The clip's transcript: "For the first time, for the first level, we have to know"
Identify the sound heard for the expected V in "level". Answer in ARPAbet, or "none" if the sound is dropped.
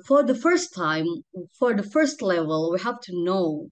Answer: V